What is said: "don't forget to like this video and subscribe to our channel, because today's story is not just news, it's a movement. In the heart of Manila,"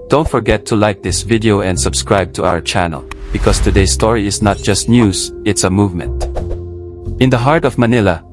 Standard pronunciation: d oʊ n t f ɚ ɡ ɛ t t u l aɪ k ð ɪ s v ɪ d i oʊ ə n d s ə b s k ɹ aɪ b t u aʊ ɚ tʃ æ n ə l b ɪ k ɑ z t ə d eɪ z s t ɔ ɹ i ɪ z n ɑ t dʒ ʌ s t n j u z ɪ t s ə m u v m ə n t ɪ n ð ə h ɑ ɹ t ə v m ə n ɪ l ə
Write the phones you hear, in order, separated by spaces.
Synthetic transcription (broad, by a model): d oʊ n t f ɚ ɡ ɛ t t u l aɪ k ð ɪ s v ɪ d i oʊ ə n d s ə b s k ɹ aɪ b t u aʊ ɚ tʃ æ n ə l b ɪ k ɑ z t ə d eɪ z s t ɔ ɹ i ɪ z n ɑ t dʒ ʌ s t n j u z ɪ t s ə m u v m ə n t ɪ n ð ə h ɑ ɹ t ə v m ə n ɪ l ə